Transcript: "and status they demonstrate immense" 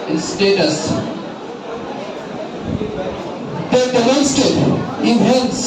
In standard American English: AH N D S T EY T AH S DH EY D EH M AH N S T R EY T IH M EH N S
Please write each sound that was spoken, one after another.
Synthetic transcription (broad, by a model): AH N S T EY T AH S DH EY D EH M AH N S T EY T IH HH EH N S